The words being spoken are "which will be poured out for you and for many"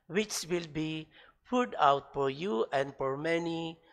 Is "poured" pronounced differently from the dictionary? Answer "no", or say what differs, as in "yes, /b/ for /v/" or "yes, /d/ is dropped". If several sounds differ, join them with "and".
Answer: yes, /f/ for /p/